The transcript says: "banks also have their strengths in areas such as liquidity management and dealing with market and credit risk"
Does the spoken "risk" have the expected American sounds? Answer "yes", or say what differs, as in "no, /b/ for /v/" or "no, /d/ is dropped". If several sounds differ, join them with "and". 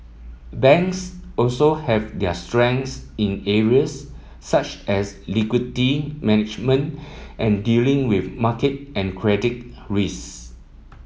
no, /k/ is dropped